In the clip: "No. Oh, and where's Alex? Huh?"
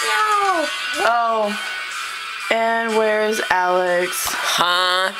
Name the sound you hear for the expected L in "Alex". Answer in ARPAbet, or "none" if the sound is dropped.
L